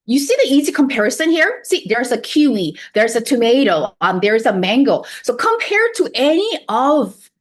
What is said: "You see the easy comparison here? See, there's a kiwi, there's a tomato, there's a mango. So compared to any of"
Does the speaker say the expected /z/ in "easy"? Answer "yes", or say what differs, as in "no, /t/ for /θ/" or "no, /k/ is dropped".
yes